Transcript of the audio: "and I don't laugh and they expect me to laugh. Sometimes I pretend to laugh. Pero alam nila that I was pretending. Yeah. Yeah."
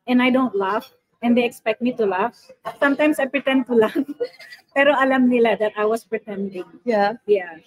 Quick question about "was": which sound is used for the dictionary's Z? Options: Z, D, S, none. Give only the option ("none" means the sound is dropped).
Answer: S